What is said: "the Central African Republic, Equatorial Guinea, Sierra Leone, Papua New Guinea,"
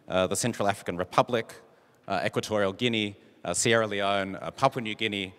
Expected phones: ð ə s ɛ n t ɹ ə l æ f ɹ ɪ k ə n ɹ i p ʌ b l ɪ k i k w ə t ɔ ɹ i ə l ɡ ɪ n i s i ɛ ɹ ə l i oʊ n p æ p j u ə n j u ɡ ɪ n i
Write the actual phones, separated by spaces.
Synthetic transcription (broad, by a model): ð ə s ɛ n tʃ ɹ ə l æ f ɹ ɪ k ə n ɹ i p ʌ b l ɪ k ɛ k w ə t ɔ ɹ i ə l ɡ ɪ n i s i ɛ ɹ ə l i oʊ n p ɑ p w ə n j u ɡ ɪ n i